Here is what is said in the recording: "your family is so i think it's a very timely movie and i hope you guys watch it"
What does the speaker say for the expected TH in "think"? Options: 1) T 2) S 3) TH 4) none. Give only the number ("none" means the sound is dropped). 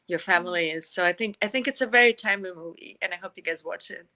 3